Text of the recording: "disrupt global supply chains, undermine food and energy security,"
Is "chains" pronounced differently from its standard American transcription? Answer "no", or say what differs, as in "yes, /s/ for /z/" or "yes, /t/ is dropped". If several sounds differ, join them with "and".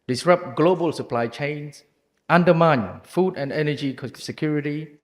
yes, /s/ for /z/